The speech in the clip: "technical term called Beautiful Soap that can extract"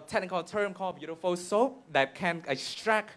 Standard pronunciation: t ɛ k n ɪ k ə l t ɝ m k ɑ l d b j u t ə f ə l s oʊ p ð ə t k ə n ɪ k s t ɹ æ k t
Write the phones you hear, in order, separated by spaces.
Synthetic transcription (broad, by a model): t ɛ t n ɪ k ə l t ɝ m k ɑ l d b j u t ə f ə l s oʊ p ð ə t k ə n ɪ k s t ɹ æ k